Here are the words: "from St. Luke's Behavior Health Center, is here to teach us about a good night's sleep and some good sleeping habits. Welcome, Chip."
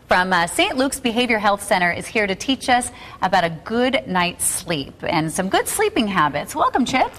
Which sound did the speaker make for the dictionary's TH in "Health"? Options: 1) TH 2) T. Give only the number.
1